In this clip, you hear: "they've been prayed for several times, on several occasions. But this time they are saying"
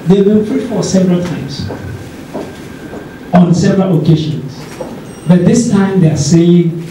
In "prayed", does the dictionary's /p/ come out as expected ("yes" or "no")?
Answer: no